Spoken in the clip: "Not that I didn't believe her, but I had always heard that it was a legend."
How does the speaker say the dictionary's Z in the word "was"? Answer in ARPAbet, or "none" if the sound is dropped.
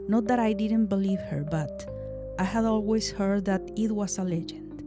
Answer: S